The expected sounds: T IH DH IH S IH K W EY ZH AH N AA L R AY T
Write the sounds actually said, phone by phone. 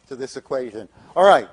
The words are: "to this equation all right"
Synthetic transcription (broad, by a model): T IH DH IH S IH K W EY ZH AH N AA L R AY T